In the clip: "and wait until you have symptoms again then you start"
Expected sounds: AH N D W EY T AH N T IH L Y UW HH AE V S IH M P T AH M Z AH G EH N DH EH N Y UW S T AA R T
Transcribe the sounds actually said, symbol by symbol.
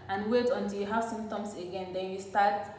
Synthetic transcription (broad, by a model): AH N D W EY T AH N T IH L Y UW HH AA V S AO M T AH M S AH G EH N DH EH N Y UW S T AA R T